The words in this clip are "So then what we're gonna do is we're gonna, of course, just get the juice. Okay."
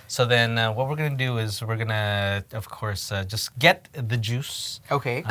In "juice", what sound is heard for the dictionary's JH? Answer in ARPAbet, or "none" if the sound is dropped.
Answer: JH